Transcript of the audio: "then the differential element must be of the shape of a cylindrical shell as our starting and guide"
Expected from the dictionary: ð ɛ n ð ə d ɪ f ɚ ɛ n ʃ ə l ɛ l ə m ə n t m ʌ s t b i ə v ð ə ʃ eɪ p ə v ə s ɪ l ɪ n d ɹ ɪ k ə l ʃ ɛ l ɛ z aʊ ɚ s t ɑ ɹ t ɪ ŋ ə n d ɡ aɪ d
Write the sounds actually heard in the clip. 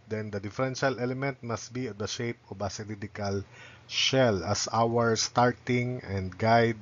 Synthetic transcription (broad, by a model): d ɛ n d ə d ɪ f ɚ ɛ n ʃ ə l ɛ l ə m ə n t m ʌ s t b i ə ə ʃ eɪ p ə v ə s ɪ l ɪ d ɪ k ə l ʃ ɛ l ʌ s aʊ ɚ s t ɑ ɹ t ɪ ŋ ə n d ɡ aɪ d